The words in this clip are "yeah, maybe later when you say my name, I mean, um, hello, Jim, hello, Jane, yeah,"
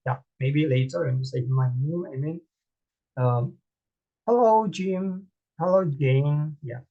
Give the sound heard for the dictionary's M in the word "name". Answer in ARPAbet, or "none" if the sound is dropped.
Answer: none